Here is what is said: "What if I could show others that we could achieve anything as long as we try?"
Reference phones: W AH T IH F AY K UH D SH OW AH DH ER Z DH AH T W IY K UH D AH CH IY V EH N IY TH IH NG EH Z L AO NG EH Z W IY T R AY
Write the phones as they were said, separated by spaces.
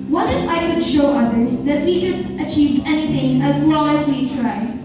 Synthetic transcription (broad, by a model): W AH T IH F AY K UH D SH OW AH DH ER Z DH AH T W IY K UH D AH CH IY V EH N IY TH IH NG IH Z L AO NG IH Z W IY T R AY